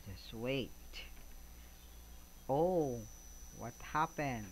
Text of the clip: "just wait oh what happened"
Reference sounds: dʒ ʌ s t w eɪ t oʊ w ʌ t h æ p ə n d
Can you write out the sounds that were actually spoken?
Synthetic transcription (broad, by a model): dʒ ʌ s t w eɪ t oʊ w ʌ t h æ p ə n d